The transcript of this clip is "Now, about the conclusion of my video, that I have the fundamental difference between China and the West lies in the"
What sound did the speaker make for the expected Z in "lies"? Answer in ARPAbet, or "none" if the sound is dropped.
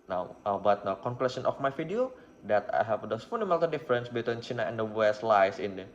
S